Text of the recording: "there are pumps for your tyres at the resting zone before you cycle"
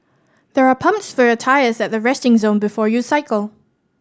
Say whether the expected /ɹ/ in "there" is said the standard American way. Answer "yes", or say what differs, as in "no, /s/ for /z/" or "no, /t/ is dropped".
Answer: yes